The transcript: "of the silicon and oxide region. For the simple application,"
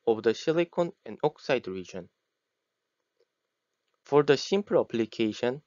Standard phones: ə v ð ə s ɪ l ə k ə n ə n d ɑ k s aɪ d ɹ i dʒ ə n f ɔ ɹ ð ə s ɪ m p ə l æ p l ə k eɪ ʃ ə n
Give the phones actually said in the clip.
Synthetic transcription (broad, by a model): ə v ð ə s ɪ l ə k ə n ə n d ɑ k s aɪ d ɹ i dʒ ə n f ɔ ɹ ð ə s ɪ m p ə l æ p l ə k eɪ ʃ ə n